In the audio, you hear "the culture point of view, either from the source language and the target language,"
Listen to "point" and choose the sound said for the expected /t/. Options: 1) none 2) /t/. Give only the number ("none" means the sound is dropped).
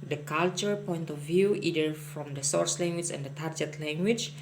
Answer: 2